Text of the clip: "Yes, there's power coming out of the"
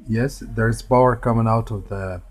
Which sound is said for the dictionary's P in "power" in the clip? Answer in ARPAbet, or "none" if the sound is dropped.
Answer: B